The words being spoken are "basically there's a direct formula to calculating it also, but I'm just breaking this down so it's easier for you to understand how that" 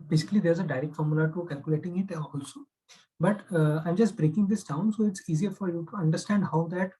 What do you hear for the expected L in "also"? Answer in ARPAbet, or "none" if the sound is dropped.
L